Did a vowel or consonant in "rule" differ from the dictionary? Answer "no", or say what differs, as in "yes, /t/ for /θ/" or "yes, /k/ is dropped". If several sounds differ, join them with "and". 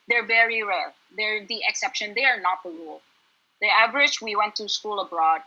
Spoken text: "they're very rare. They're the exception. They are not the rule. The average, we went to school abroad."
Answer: yes, /w/ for /ɹ/